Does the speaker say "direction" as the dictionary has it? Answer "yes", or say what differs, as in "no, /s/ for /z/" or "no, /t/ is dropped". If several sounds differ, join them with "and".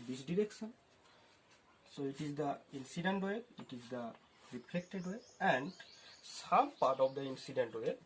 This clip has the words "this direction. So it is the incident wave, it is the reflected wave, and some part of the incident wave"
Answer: no, /s/ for /ʃ/